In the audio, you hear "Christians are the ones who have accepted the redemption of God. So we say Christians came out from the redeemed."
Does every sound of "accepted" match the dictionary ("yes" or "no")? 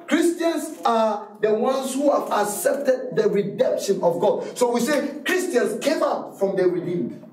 yes